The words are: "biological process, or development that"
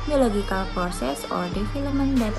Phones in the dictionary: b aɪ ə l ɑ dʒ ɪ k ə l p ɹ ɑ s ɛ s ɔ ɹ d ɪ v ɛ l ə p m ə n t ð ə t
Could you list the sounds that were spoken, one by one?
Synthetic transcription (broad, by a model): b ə l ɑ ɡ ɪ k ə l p ɹ s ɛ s ɔ ɹ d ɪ f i l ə m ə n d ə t